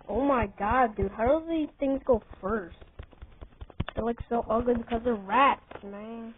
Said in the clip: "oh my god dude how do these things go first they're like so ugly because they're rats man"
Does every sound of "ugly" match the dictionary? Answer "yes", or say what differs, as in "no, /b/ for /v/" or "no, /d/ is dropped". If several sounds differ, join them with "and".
no, /l/ is dropped